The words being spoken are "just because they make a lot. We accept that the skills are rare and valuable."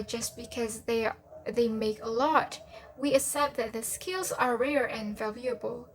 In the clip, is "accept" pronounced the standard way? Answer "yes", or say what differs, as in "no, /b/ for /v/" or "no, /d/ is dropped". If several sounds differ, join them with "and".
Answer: no, /k/ is dropped